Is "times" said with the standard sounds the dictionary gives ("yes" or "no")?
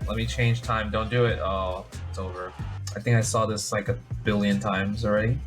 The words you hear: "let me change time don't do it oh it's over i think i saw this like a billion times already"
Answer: yes